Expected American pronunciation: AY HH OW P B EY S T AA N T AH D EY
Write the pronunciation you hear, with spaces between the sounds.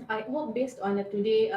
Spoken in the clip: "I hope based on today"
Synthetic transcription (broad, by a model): AY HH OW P B EY S T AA N T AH D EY